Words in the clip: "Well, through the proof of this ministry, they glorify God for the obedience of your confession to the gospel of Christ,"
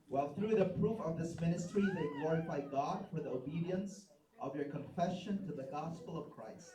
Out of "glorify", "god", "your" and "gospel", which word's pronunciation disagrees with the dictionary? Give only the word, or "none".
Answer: none